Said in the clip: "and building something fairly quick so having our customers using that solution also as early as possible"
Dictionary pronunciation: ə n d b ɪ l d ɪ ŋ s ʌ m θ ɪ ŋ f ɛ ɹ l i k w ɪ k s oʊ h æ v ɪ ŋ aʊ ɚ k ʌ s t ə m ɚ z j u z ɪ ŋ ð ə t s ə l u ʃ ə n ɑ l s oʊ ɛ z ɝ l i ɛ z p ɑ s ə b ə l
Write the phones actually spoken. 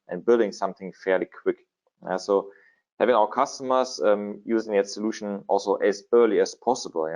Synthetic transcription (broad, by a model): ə n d b ɪ l d ɪ ŋ s ʌ m θ ɪ ŋ f ɛ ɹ l i k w ɪ k s oʊ h æ v ɪ ŋ aʊ ɚ k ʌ s t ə m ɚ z j u z ɪ ŋ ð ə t s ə l u ʃ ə n ɑ l s oʊ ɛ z ɝ l i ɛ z p ɑ s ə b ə l